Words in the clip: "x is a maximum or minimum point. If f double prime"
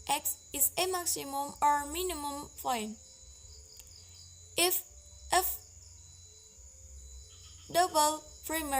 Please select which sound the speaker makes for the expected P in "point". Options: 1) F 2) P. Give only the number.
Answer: 1